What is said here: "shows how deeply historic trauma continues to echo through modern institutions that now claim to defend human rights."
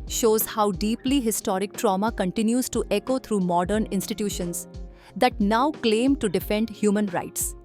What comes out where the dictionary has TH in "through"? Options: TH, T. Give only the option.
T